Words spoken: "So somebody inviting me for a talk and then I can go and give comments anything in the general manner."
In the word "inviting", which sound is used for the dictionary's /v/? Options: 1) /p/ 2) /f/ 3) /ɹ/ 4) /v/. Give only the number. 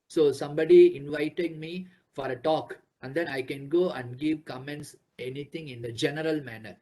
4